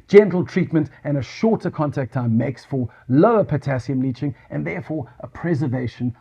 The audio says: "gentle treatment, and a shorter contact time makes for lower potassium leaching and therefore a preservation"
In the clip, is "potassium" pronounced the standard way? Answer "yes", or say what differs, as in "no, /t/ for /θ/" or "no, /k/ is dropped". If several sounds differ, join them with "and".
yes